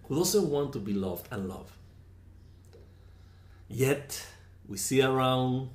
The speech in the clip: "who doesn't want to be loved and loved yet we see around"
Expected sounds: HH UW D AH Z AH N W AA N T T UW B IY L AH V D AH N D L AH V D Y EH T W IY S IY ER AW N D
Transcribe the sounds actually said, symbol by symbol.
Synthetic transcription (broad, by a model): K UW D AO S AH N W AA N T T UW B IY L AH V D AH N L AH V D Y EH T W IY S IY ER AW N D